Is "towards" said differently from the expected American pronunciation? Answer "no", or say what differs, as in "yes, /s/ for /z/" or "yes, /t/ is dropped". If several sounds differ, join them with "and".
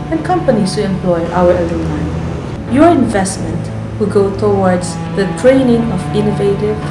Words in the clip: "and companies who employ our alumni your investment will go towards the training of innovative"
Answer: yes, /w/ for /ɹ/